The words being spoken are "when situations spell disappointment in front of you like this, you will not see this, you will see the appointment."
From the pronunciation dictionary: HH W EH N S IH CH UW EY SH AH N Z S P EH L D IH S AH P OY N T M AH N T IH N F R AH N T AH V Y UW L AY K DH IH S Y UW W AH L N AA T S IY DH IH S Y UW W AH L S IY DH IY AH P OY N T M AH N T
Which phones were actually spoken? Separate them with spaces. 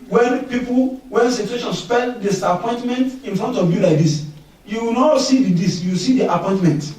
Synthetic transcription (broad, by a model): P W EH N S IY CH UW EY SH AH N S P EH N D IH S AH P OY N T M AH N T IH N F R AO N T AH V Y UW L AY K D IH S Y UW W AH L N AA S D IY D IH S Y UW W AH S IY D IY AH P OY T M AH N T